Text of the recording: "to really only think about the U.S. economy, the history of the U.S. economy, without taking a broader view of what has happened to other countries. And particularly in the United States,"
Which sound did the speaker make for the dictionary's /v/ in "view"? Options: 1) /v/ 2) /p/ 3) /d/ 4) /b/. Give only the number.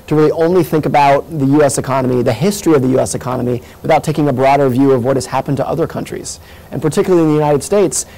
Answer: 1